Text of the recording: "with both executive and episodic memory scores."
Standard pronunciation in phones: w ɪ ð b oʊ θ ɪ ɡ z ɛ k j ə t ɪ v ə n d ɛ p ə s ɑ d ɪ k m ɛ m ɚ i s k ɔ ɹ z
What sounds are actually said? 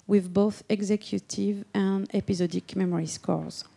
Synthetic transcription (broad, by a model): w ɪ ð b oʊ θ ɪ ɡ z ɛ k j ə t ɪ v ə n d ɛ p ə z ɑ d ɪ k m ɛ m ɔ i s k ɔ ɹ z